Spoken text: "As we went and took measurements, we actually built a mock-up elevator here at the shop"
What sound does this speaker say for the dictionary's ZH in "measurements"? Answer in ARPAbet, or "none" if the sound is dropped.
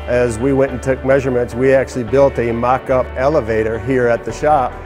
ZH